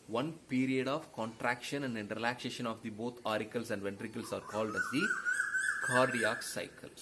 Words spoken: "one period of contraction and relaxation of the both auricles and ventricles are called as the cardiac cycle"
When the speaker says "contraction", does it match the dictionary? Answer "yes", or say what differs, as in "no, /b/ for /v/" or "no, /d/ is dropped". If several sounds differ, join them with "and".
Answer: yes